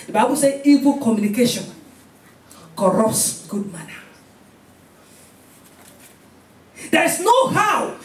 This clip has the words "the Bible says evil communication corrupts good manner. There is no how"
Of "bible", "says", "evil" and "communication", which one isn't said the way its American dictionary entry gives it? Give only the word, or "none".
says